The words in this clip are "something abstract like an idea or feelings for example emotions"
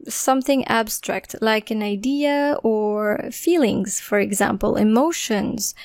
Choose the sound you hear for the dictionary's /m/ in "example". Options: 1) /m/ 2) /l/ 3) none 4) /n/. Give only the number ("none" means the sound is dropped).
1